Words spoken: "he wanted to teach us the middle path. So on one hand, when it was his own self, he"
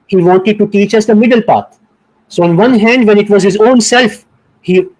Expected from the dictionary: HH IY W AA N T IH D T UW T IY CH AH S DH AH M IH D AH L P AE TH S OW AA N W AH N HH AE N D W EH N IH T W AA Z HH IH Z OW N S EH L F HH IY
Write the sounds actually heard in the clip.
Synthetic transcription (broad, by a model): HH IY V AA N T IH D T UW T IY CH AH S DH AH M IH D AH L P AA T S OW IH N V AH N HH AE N D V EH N IH T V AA Z HH IH Z OW N S EH L F HH IY